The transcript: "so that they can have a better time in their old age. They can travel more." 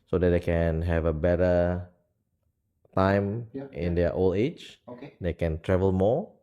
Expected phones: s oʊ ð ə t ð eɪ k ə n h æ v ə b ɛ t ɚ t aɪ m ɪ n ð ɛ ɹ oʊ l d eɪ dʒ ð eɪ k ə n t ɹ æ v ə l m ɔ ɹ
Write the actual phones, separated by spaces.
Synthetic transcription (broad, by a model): s oʊ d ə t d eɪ k ə n h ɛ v ə b ɛ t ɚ t aɪ m ɪ n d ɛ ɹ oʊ l eɪ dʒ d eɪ k ə n t ɹ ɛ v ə l m ɔ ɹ